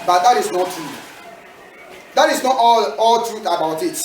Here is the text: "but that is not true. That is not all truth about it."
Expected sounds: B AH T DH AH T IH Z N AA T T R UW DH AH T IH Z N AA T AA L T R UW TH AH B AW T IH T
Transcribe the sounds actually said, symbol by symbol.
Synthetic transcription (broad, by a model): B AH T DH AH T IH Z N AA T T R UW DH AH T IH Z N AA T AA L T R UW TH AH B AW T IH T